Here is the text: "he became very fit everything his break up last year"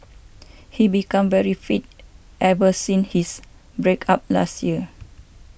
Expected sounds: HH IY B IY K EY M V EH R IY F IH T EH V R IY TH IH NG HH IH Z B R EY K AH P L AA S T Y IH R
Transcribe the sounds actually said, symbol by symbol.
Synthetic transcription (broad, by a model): HH IY B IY K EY M V EH R IY F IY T EH V IY S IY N HH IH S B R EY K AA P L AA S T Y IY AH